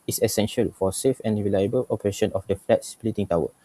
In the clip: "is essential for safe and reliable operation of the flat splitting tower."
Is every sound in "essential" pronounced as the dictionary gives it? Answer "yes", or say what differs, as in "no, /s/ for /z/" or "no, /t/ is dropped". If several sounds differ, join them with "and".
yes